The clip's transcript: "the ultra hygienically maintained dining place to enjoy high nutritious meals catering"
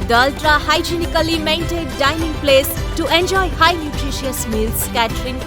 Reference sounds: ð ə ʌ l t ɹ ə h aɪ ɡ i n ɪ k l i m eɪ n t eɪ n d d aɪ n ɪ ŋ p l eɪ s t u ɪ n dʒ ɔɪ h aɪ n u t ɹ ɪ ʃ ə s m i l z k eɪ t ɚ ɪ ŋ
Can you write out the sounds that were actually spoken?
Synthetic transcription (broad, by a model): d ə ʌ l t ɹ ə h aɪ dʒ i n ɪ k l i m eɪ n t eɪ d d aɪ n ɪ ŋ p l eɪ s t u ɪ n dʒ ɔɪ h aɪ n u t ɹ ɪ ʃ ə s m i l s k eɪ t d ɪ ŋ